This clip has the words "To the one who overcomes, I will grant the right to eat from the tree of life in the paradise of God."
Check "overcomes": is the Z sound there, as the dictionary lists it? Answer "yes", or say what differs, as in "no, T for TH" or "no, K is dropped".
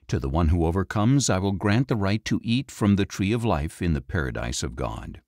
yes